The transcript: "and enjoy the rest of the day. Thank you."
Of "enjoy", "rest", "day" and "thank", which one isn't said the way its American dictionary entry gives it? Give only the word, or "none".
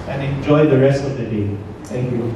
thank